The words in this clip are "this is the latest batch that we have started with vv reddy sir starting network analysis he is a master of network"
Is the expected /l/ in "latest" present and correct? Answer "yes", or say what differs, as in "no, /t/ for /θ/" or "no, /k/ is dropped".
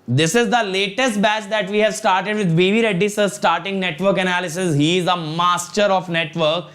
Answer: yes